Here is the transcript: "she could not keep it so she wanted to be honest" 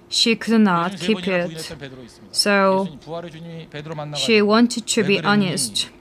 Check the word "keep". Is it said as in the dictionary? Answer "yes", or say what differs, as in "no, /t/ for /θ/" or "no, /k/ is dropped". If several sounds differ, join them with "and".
yes